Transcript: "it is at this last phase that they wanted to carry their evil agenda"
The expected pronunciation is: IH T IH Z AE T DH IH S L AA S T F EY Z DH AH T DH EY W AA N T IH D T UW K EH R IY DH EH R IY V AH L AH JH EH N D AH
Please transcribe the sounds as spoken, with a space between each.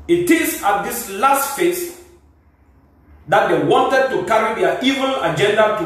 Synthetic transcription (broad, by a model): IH T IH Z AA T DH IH S L AA S T F EY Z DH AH T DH EY W AA N T IH D T UW K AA R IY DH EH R IY V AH N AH JH EH N D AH